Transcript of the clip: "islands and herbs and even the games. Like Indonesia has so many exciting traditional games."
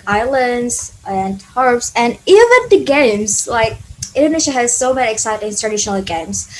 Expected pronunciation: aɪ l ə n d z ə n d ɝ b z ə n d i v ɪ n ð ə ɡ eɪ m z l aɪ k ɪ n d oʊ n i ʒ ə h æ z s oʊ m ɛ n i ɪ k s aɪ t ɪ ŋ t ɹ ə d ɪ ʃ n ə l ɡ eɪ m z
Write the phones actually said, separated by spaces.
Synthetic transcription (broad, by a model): aɪ l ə n d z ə n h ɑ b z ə n i v ɪ n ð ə ɡ eɪ m z l aɪ k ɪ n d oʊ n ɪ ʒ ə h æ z s oʊ m ɛ n i ɪ k s aɪ t ɪ ŋ t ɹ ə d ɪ ʃ n l ɡ eɪ m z